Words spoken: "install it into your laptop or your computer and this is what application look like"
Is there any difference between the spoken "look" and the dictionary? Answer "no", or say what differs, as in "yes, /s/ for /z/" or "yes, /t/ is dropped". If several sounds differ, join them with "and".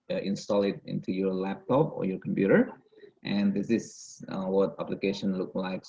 no